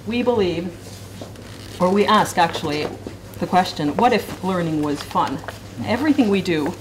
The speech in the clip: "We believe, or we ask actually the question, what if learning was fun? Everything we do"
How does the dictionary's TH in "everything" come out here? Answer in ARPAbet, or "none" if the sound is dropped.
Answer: TH